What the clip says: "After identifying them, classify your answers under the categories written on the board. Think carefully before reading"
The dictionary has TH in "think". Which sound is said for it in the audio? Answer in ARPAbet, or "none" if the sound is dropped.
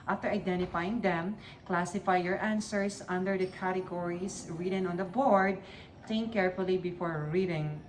T